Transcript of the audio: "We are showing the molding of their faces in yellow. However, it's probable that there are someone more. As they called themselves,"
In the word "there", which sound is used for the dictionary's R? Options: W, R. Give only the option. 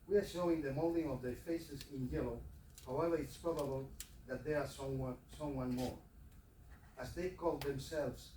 W